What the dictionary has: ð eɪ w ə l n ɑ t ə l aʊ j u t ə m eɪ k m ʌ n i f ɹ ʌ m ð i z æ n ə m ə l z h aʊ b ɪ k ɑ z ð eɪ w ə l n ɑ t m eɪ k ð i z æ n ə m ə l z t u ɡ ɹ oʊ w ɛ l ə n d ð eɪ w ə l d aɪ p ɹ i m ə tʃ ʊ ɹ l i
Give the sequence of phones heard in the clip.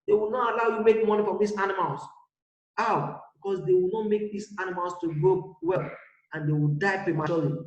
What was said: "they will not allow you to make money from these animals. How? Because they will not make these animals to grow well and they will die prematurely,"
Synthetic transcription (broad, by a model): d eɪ w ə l n ɑ t ə l aʊ j u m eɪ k m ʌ n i f ɹ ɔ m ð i s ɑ n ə m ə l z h aʊ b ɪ k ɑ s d eɪ w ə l n ɑ t m eɪ k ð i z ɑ n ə m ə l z t u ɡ oʊ w ɛ l ə n d eɪ w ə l d aɪ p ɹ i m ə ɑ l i